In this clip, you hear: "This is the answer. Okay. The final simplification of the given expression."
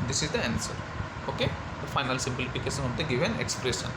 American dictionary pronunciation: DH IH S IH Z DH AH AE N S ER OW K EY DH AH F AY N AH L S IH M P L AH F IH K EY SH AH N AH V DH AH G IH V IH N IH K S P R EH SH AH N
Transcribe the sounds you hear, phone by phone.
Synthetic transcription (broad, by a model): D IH S IH Z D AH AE N S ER OW K EY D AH F AY N AH L S IH M P L AH F IH K EY SH AH N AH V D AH G IH V IH N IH K S P R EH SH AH N